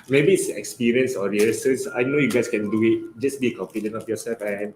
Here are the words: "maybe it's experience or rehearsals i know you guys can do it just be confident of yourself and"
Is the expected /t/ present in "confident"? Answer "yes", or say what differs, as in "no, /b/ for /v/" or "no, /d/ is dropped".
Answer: no, /t/ is dropped